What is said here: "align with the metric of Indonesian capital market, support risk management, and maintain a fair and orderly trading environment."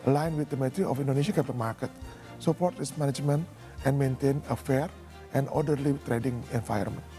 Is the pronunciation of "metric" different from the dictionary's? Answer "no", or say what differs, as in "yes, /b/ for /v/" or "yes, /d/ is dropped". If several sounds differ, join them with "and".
yes, /k/ is dropped